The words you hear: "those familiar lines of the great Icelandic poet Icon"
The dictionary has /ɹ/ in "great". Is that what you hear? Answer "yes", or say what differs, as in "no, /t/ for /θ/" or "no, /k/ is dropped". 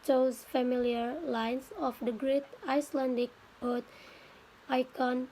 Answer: yes